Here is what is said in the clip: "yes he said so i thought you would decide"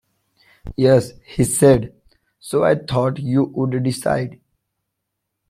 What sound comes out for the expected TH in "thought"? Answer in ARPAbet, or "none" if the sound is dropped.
T